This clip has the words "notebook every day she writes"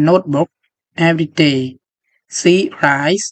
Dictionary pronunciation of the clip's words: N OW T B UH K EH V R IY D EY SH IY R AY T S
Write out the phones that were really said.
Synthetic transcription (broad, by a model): N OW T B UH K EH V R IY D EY S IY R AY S